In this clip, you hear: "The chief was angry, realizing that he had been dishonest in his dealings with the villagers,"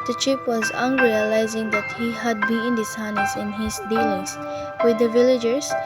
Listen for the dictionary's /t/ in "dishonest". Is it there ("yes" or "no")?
no